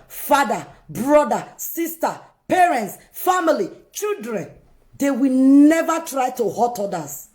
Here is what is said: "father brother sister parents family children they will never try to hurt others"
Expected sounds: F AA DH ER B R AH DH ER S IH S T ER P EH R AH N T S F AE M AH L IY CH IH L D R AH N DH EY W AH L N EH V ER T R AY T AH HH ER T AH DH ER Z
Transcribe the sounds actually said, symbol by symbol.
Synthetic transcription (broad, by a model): F AA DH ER B R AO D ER S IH S T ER P EH R AH N T S F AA M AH L IY CH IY L D R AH N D EY W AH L N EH V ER T R AY T AH HH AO T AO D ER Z